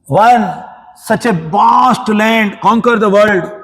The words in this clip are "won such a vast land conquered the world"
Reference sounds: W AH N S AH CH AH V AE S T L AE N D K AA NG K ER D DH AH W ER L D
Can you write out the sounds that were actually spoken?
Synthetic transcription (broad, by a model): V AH N S AH CH AH B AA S T L AE N D K AA NG K ER D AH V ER L D